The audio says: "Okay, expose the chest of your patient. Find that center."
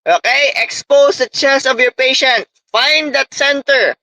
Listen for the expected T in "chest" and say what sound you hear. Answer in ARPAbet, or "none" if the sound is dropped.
none